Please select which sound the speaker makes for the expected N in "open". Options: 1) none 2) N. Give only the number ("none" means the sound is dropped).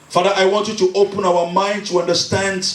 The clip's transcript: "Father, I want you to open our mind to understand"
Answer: 2